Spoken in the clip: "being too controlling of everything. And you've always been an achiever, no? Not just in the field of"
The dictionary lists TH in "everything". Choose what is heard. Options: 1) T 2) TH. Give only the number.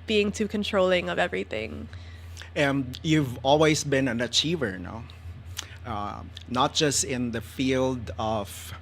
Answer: 2